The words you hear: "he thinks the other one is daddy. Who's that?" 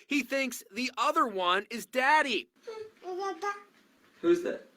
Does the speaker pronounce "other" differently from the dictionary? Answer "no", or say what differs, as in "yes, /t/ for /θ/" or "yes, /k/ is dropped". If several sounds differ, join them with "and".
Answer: no